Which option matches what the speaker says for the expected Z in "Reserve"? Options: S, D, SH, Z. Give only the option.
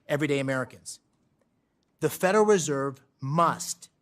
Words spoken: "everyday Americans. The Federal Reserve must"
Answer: Z